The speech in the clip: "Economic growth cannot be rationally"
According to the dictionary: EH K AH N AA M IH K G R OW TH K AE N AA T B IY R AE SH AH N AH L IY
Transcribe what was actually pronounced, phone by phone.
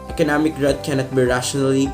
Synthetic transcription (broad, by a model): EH K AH N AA M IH K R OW T K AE N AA T B IY R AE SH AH N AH L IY